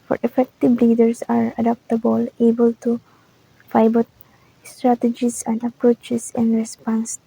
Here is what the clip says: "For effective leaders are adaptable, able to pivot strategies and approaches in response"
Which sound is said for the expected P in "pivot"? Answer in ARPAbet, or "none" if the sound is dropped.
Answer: F